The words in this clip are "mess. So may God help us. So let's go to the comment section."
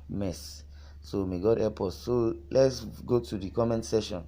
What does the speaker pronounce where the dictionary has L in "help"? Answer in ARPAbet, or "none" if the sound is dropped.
none